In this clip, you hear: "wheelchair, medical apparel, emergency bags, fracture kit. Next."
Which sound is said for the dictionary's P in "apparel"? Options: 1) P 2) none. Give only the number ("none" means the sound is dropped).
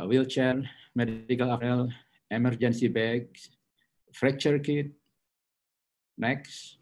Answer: 2